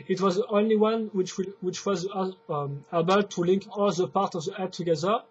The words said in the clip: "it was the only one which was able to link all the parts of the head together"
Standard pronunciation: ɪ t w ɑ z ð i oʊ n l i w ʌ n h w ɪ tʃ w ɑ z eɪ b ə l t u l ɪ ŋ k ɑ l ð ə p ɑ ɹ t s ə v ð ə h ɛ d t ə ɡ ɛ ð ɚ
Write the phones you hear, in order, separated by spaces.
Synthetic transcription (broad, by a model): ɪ t w ɑ z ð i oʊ n l i w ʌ n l w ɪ tʃ w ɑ z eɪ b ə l t u l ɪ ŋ k ɑ l ð ə p ɑ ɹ t ə v ð ə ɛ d t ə ɡ ɛ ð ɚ